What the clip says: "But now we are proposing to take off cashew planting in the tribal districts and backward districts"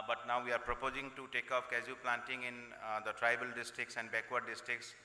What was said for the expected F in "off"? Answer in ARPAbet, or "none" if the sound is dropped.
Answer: P